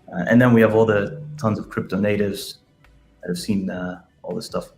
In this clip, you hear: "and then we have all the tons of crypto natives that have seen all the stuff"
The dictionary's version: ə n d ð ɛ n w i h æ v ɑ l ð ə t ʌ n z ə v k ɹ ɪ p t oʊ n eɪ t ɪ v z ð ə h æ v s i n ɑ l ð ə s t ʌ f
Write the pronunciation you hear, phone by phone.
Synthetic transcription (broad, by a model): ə n ð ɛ n w i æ v ɑ l ð ə t ʌ n z ə v k ɹ ɪ p t oʊ n eɪ t ɪ v z ð ə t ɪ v s i n ɑ l ð ə s t ʌ f